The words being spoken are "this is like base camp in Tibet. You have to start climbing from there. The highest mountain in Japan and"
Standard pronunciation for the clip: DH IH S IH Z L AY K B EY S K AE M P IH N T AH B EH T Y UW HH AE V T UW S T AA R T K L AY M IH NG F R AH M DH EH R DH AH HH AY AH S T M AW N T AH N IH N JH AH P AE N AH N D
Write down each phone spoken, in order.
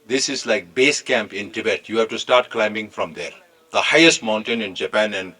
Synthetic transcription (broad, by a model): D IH S IH Z L AY K B EY S K AE M P IH N T AH B EH T Y UW HH AE V T UW S T AA R T K L AY M IH NG F R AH M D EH R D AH HH AY AH S T M AW N T AH N IH N JH AH P AE N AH N D